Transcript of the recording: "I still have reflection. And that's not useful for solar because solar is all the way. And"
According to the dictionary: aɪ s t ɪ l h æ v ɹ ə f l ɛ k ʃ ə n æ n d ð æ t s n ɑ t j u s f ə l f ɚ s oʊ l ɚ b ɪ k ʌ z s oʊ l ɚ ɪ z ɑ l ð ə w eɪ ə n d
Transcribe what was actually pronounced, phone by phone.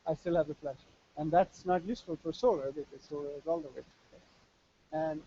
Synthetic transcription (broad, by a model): aɪ s t ɪ l h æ v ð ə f l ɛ ʃ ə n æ n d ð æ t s n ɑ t j u s f ə l f ɚ s oʊ l ɚ b ɪ k ʌ z s oʊ l ɚ ɪ z ɑ l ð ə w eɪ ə n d